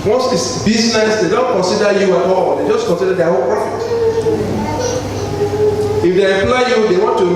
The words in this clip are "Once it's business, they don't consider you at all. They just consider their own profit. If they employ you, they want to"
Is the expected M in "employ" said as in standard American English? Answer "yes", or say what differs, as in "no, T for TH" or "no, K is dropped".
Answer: no, M is dropped